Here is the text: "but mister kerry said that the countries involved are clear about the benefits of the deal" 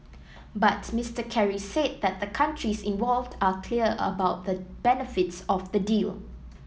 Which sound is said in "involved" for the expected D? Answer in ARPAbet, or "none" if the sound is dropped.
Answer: D